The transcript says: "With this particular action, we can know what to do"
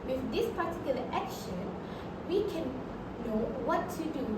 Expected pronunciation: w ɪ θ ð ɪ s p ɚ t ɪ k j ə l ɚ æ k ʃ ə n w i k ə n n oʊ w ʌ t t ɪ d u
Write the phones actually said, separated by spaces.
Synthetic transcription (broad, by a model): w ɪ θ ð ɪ s p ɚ t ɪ k j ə l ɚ æ k ʃ ə n w i k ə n n oʊ w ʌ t t ɪ d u